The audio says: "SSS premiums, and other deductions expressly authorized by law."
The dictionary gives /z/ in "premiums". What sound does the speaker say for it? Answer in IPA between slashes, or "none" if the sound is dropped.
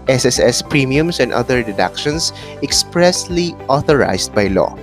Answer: /s/